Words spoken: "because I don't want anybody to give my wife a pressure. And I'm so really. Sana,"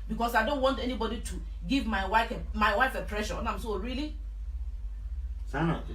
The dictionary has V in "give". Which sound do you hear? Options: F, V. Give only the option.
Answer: F